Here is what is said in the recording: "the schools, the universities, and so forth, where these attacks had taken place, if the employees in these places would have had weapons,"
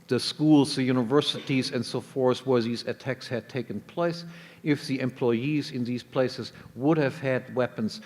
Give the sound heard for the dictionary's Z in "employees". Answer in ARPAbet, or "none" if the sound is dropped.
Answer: Z